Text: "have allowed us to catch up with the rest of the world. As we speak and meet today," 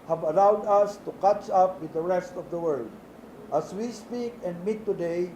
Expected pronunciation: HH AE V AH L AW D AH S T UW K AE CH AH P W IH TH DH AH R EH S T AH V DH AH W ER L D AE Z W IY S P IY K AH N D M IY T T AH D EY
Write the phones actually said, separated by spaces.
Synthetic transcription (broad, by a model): HH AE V AH L AW D AH S T UW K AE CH AH P W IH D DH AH R EH S T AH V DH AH W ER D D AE S W IY S P IY K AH N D M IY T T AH D EY